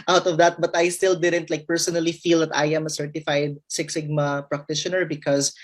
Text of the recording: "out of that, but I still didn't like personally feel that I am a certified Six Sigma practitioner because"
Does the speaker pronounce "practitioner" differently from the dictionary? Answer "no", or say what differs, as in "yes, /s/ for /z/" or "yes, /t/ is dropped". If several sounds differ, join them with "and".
no